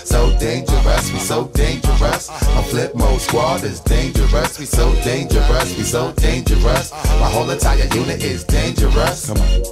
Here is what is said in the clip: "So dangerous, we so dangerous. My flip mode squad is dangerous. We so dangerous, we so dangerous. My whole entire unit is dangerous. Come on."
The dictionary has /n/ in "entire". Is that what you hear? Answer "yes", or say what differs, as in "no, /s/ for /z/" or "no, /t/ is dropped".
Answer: no, /n/ is dropped